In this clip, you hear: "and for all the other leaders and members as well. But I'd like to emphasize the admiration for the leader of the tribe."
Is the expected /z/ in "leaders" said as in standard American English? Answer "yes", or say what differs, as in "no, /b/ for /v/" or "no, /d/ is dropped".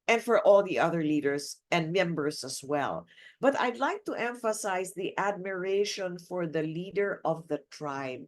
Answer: no, /s/ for /z/